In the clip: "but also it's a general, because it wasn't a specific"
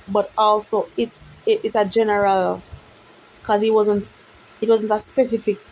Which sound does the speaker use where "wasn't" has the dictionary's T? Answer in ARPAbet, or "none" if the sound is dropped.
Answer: T